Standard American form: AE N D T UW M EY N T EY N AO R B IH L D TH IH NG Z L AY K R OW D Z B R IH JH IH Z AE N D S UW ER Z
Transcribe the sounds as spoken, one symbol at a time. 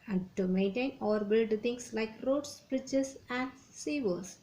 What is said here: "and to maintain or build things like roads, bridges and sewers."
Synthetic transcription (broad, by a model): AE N D T UW M EY N T EY N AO R B IH L D T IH NG S L AY K R OW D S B R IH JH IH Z AE N D S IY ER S